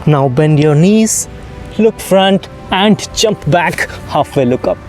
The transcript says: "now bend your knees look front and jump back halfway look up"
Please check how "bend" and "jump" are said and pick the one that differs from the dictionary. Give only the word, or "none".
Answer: none